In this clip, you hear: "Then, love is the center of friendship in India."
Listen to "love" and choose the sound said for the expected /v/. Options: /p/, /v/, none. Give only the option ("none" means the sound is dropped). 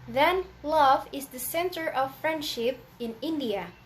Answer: /v/